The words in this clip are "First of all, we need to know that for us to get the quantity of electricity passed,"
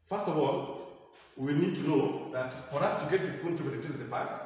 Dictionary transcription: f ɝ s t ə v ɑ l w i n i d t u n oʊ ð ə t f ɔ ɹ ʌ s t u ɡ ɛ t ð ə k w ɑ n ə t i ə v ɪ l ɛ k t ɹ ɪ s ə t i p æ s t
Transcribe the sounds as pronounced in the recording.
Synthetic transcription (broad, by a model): f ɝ s t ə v ɑ l w i n i d t u n oʊ ð ə t f ɔ ɹ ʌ s t u ɡ ɛ t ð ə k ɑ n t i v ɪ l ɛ t ɪ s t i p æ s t